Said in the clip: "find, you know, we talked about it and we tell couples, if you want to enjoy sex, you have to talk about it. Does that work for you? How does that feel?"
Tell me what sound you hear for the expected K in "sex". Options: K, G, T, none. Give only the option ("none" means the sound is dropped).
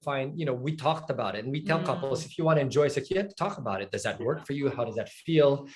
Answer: none